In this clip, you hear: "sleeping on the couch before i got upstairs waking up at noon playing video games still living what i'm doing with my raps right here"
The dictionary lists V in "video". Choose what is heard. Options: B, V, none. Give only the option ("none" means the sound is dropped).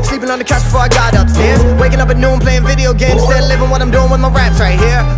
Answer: V